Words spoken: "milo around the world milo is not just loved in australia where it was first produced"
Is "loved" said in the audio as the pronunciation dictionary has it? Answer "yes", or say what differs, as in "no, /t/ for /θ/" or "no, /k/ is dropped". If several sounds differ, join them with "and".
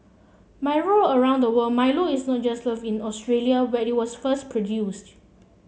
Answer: no, /d/ is dropped